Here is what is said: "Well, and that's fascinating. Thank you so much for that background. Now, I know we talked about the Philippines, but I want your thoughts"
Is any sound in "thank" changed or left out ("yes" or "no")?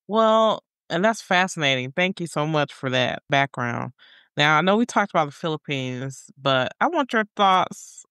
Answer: no